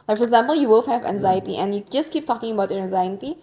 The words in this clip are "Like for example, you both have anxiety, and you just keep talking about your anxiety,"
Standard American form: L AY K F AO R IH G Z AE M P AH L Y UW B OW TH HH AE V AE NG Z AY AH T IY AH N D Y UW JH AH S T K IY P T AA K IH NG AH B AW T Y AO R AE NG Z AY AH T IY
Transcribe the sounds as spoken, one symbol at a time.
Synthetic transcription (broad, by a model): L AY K F AO R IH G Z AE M P AH L Y UW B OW F HH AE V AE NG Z AY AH T IY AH N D Y UW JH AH S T K IY P T AA K IH NG AH B AW T Y AO R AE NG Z AY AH T IY